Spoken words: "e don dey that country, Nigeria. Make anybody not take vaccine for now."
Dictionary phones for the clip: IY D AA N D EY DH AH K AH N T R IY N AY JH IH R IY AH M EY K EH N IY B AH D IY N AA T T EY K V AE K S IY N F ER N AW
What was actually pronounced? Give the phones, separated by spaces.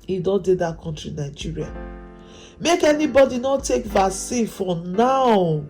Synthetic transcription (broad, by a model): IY D AA N D EY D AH K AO N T R IY N AY JH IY R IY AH M EY K EH N IY B AH D IY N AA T T EY K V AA S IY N F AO N AW